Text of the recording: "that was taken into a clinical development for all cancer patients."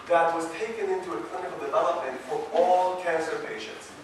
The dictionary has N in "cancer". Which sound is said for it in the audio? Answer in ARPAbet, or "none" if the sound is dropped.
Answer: N